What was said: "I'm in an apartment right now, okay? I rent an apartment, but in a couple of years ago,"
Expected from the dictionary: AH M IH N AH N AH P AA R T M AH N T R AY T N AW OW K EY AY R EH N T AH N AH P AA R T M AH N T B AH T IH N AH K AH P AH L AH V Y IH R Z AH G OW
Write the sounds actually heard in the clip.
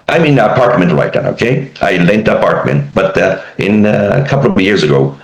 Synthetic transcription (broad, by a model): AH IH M AH N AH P AA R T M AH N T L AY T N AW OW K EY AY L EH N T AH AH P AA R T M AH N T B AH T IH N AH K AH P L AH V Y IH R Z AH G OW